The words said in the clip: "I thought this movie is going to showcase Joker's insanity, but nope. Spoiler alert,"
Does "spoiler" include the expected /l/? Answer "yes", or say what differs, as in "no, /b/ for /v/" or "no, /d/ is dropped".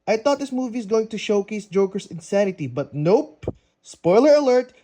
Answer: yes